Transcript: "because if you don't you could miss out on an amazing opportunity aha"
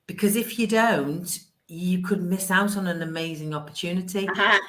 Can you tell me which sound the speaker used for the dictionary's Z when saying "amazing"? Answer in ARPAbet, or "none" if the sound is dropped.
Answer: Z